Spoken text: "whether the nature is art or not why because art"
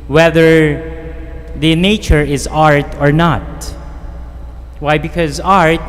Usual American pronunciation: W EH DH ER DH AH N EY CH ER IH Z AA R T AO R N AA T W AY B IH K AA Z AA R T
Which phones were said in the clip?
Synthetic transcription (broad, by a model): W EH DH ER DH AH N EY CH ER IH Z AA R T AO R N AA T W AY B IH K AA Z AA R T